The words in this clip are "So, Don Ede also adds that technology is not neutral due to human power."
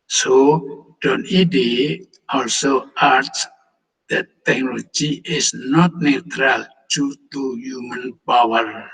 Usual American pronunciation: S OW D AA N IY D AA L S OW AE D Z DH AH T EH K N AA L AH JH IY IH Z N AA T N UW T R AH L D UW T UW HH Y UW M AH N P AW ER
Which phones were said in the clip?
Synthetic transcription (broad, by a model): S OW D AA N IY D AA L S OW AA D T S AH T EH K N AA L AH JH IY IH S N AA T N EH T R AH L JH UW T UW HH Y UW M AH N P AW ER